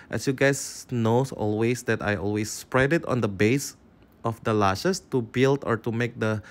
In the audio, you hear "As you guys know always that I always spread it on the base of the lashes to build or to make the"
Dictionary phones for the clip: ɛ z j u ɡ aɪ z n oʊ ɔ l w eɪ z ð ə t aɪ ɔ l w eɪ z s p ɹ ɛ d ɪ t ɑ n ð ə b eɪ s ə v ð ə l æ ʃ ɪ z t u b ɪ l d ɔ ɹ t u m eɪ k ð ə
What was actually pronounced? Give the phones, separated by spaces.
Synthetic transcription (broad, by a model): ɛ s j u ɡ aɪ s n oʊ ɔ l w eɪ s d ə t aɪ ɔ l w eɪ s p ɹ ɛ d ɪ t ɑ n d ə b eɪ s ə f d ə l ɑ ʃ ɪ s t u b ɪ l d ɔ ɹ t u m eɪ k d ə